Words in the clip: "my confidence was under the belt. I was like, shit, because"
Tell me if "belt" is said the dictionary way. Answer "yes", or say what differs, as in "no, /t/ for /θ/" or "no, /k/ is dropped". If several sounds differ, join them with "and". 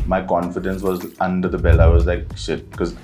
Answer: no, /t/ is dropped